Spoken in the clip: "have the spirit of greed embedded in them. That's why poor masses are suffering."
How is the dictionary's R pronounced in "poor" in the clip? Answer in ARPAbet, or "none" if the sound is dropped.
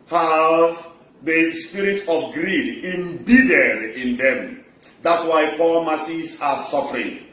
L